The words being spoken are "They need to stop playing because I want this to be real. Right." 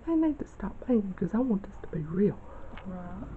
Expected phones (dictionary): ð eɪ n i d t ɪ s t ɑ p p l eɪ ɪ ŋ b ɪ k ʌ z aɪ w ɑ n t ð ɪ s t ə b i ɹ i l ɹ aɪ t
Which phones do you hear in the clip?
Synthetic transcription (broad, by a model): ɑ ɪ n i d t ɪ s t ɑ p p eɪ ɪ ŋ k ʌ z aɪ w ɑ n t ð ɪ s t ə b i ɹ i l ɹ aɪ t